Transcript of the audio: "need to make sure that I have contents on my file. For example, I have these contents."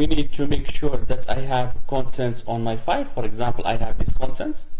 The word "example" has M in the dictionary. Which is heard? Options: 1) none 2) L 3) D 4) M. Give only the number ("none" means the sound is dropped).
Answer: 4